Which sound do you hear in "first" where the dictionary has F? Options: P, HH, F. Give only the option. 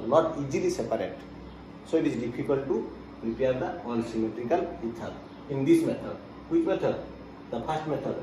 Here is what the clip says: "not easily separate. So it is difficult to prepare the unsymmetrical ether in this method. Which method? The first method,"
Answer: P